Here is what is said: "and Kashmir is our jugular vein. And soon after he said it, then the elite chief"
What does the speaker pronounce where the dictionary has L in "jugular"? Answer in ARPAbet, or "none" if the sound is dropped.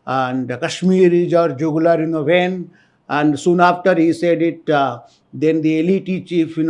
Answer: N